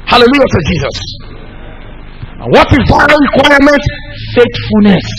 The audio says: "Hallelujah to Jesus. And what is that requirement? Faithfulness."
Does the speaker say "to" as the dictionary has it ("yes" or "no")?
no